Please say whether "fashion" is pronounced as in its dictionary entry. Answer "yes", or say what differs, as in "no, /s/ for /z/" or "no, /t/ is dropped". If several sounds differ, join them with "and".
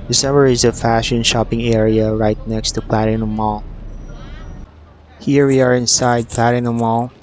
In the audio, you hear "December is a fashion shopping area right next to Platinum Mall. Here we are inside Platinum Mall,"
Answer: yes